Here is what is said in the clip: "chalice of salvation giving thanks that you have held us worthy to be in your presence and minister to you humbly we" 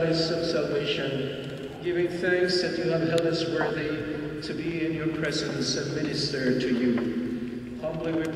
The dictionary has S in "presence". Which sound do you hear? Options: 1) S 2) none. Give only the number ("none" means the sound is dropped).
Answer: 1